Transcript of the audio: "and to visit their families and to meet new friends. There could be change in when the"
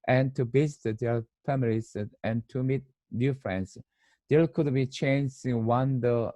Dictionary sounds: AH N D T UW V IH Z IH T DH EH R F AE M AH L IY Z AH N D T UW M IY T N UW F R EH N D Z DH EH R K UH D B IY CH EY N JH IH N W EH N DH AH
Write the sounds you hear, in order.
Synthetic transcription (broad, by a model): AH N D T UW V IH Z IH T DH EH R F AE M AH L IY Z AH N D T UW M IY T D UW F R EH N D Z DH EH L K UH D B IY CH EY N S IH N W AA N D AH